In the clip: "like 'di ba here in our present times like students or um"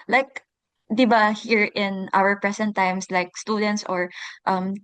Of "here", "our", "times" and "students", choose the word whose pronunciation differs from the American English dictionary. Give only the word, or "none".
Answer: times